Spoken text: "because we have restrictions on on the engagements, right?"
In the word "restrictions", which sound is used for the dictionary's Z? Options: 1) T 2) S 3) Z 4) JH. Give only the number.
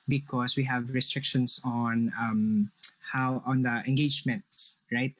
2